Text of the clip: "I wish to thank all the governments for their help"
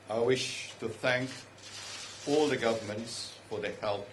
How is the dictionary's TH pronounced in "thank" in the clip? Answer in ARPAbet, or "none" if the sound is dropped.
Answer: TH